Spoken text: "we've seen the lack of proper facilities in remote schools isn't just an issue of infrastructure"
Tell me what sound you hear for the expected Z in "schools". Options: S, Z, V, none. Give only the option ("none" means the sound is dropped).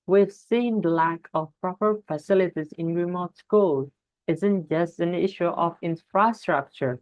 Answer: none